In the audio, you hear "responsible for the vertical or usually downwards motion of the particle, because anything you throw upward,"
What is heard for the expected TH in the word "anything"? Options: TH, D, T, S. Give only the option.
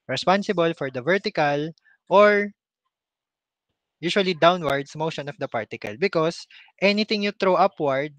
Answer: T